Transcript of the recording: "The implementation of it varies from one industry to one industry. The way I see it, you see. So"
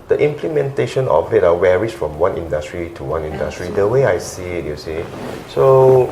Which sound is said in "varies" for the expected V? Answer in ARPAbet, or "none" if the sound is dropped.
W